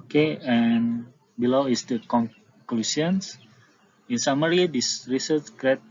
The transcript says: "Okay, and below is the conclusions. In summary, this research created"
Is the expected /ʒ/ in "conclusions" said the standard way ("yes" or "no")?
no